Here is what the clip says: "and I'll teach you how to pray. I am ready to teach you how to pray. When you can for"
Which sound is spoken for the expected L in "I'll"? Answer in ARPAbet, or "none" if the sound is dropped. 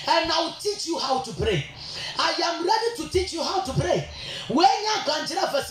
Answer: W